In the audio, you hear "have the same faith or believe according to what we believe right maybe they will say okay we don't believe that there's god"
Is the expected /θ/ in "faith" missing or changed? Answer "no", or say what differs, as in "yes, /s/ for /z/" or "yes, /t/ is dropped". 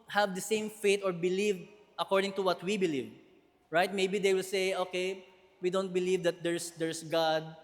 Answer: yes, /t/ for /θ/